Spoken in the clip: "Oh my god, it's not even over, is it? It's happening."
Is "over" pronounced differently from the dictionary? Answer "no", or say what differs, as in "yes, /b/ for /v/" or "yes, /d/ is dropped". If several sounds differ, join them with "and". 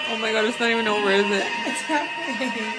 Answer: yes, /w/ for /v/